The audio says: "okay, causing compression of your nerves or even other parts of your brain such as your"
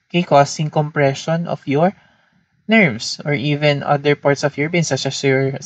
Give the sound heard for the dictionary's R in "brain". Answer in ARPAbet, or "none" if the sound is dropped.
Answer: none